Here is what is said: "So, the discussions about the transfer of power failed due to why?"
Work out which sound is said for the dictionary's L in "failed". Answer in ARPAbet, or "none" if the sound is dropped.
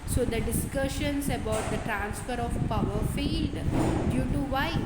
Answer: none